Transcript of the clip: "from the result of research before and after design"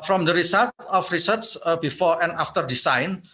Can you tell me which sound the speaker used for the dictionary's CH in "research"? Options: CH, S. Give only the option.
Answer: S